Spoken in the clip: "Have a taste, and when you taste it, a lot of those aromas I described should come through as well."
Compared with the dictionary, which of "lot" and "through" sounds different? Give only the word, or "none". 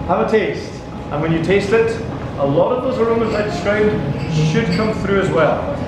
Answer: none